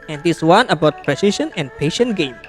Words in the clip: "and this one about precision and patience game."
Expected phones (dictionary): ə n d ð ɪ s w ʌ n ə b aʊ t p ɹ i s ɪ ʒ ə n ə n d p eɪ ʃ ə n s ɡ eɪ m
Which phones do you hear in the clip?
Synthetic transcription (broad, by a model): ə n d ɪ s w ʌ n ə b aʊ t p ɹ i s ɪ ʃ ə n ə n p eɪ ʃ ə n ɡ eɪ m